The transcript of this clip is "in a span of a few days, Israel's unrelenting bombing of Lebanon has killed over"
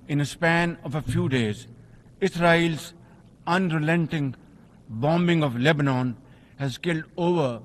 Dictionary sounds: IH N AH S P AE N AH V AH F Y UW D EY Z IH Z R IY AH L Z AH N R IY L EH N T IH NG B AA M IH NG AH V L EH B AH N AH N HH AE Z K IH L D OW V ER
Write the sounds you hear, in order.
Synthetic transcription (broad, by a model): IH N AH S P AE N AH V AH F Y UW D EY Z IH S R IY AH L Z AH N R IY L EH N T IH NG B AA M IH NG AH V L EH B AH N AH N HH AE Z K IH L D OW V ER